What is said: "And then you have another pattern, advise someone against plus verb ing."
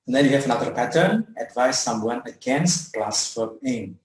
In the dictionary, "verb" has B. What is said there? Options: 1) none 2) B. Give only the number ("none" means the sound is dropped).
1